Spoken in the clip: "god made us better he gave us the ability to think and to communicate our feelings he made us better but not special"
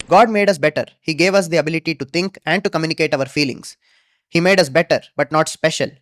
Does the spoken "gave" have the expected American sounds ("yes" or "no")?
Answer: yes